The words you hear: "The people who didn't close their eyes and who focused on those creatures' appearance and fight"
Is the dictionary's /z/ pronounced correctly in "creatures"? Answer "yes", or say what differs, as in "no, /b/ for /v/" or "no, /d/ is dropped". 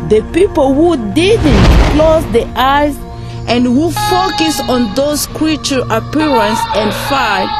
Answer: no, /z/ is dropped